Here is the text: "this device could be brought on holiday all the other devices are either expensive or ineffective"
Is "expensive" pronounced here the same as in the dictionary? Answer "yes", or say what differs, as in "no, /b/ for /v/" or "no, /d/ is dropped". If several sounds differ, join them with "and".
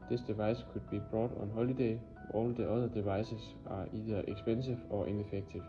no, /b/ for /p/